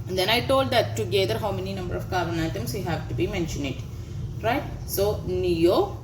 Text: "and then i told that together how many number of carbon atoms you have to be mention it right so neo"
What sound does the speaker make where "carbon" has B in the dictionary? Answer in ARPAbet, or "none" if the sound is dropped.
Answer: none